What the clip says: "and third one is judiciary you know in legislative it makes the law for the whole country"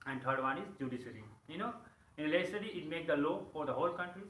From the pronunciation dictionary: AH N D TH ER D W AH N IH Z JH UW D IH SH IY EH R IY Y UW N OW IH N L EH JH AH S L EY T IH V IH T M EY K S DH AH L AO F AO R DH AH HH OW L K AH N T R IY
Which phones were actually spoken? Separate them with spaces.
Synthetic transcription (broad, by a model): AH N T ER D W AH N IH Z JH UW D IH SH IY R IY Y UW N OW IH N L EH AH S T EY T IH IH T M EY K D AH L AO F AO R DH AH HH OW L K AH N T R IY